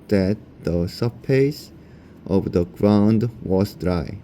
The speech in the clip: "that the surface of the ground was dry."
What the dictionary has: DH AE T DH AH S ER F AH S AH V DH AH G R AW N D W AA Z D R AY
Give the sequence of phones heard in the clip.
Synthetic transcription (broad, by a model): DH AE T DH AH S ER P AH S AH V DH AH G R AW N D W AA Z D R AY